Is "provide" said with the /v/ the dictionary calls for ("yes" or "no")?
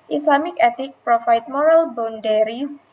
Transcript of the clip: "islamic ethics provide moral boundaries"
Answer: no